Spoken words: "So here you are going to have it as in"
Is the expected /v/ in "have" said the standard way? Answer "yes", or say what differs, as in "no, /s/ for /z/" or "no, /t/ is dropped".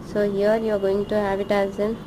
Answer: no, /b/ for /v/